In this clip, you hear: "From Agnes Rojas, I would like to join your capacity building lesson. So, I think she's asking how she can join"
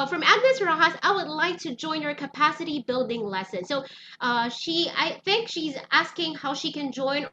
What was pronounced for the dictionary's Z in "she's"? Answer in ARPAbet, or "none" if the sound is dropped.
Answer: Z